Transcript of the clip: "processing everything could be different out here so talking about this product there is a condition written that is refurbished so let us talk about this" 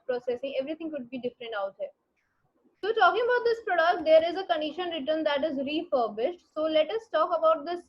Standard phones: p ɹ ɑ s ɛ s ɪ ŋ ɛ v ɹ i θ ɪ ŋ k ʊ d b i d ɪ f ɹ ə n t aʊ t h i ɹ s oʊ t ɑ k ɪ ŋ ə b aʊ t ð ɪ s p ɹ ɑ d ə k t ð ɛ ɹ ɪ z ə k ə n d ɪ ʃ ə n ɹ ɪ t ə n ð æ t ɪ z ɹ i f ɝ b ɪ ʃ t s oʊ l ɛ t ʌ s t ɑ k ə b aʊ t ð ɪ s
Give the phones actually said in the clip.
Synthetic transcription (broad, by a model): p ɹ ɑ s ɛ s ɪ ŋ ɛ v ɹ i t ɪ ŋ k ʊ d b i d ɪ f ɹ ə n t aʊ t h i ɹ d t ɑ k ɪ ŋ ə b aʊ t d ɪ s p ɹ ɑ d ə k t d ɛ ɹ ɪ z ə k ə n d ɪ ʃ ə n ɹ ɪ t ə n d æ t ɪ z ɹ i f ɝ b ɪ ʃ t s oʊ l ɛ t ʌ s t ɑ k ə b aʊ t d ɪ s